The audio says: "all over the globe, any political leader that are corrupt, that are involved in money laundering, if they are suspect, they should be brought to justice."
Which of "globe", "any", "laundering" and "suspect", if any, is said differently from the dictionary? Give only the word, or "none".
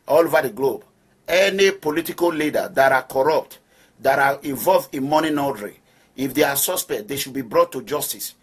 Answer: laundering